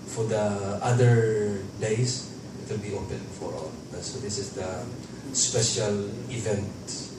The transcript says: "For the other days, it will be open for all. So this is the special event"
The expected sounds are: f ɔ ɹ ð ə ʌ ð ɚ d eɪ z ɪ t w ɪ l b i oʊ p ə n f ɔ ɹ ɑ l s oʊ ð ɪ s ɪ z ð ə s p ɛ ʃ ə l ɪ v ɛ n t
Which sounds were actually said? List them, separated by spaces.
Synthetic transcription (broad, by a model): f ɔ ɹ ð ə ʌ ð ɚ d eɪ s ɪ t w ɪ l b i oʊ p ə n f ɔ ɹ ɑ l s oʊ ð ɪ s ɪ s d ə s p ɛ ʃ ə l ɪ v ɛ n t